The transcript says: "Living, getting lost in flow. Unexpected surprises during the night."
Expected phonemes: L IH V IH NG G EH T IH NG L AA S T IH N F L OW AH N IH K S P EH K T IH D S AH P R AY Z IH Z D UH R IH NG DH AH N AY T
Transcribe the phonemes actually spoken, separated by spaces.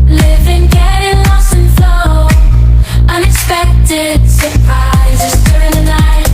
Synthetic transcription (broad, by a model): L IH V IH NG G EH T IH NG L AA S IH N F L OW AH N IH K S P EH K T IH D S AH P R AY Z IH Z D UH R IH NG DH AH N AY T